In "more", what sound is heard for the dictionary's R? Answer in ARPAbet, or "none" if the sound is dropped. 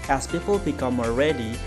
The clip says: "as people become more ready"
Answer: L